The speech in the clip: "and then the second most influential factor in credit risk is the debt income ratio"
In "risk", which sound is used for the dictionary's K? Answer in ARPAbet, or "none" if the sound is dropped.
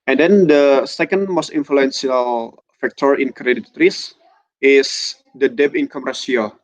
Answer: none